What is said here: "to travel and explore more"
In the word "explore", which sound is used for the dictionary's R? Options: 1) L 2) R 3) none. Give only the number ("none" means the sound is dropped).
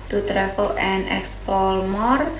1